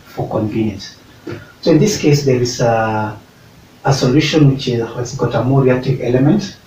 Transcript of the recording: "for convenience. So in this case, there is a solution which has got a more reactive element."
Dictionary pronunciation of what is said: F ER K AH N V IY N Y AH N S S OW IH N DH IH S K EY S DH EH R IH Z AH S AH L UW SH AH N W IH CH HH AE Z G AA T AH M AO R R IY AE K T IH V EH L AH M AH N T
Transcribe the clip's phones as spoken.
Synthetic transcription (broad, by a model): F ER K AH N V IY N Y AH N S S OW IH N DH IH S K EY S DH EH R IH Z AH S AH L UW SH AH N W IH CH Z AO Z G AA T AH M AO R R IY AE K T IH V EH L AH M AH N T